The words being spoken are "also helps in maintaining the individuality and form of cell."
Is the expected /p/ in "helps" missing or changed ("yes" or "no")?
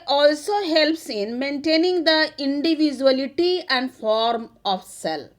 no